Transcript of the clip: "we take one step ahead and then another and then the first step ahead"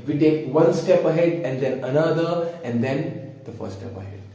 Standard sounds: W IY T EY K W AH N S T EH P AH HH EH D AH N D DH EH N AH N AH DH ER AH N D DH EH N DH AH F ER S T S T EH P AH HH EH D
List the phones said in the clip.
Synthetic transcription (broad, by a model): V IY T EY K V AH N S T EH P AH HH EH D AH N D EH N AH N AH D ER AH N D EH N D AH F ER T S T EH P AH HH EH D